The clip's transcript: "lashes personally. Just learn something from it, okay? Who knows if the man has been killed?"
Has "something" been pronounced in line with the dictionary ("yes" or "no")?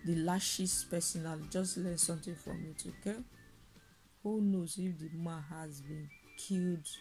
no